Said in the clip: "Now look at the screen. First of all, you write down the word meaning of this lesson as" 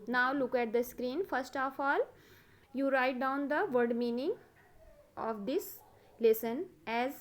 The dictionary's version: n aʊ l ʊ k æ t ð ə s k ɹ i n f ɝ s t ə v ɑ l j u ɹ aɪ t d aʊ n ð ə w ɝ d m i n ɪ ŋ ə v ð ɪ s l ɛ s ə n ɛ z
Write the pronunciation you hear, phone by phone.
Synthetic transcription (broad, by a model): n aʊ l ʊ k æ t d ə s k ɹ i n f ɝ s t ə f ɑ l j u ɹ aɪ t d aʊ n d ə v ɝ d m i n ɪ ŋ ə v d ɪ s l ɛ s ə n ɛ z